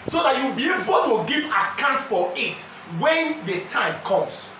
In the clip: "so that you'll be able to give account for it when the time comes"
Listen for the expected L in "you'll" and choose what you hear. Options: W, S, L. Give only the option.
W